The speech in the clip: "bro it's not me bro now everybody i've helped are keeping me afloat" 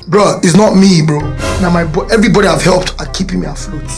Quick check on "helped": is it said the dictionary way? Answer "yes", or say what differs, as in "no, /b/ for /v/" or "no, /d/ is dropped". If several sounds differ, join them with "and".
yes